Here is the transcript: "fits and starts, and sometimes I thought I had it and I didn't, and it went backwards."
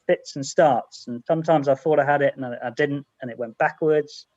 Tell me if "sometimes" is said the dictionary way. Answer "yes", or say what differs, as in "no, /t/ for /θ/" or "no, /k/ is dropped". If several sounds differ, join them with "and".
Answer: yes